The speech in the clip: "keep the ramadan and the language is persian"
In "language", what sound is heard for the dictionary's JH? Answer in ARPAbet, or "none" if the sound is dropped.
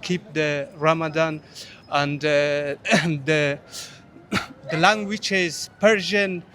CH